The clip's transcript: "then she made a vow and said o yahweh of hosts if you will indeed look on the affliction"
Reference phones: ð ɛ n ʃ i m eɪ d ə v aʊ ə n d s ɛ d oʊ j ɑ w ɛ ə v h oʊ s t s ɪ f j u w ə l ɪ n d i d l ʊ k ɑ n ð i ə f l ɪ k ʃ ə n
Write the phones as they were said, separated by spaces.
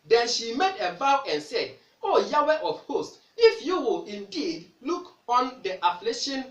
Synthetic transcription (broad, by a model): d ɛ n ʃ i m eɪ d ə b aʊ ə n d s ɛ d oʊ j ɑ w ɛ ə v h oʊ s t ɪ f j u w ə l ɪ n d i d l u k ɑ n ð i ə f l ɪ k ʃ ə n